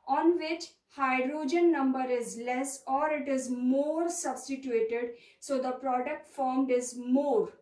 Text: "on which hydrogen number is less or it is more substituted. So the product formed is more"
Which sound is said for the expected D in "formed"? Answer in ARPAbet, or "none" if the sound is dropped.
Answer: D